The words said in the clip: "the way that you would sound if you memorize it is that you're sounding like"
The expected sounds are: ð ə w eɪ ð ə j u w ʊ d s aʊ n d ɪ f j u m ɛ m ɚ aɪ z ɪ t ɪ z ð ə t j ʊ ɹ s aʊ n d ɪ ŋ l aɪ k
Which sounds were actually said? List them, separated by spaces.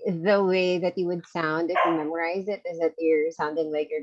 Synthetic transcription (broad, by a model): ð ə w eɪ ð ə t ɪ w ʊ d s aʊ n d ɪ f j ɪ m ɛ m ɚ aɪ z ɪ t ɪ z ð ə t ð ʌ ɹ s aʊ n d ɪ ŋ l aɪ k